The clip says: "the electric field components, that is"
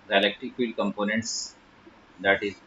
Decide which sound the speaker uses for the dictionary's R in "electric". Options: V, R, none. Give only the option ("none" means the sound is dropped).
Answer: none